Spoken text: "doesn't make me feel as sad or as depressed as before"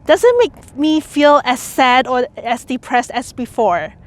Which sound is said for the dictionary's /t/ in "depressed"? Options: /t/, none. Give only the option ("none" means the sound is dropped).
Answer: /t/